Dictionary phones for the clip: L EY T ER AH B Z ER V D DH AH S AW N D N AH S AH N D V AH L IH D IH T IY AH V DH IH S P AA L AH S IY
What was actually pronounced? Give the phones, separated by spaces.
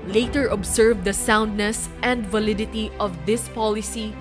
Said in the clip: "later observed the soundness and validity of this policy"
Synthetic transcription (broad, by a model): L EY T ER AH B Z ER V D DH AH S AW N D N AH S AH N D V AH L IH D IH T IY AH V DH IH S P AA L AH S IY